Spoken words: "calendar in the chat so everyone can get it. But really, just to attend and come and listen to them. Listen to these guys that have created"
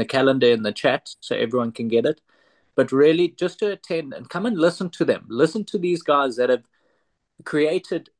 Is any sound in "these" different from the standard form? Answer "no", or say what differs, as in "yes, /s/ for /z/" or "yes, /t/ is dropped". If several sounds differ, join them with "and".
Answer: no